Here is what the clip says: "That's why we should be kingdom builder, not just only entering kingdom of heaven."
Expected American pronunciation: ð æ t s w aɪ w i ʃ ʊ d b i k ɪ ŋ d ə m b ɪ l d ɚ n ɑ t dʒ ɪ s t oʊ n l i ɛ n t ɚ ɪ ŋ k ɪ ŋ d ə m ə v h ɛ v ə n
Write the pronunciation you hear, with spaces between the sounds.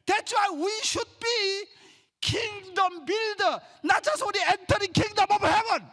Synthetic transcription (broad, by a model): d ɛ t s w aɪ w i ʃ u d b i k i ŋ d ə m b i l d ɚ n ɑ t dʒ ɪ s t oʊ n l i ɛ n t ɚ ɪ ŋ k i ŋ d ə m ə b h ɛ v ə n